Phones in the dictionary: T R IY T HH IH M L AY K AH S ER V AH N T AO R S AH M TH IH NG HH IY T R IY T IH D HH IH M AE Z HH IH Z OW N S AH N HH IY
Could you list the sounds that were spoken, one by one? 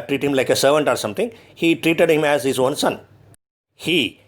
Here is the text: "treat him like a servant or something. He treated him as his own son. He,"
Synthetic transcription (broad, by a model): T R IY T HH IH M L AY K AH S ER V AH N T AO R S AH M T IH NG HH IY T R IY T IH D HH IH M AE Z HH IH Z OW N S AH N HH IY